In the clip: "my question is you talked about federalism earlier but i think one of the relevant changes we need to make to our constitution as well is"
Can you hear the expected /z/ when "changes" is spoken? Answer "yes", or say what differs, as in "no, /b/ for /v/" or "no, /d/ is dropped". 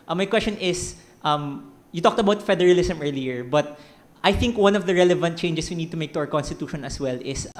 no, /s/ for /z/